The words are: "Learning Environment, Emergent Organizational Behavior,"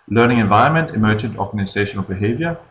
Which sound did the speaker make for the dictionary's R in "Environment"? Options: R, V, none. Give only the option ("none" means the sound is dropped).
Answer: none